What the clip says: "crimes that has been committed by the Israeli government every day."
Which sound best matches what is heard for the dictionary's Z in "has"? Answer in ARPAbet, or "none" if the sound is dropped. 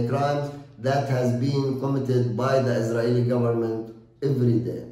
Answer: Z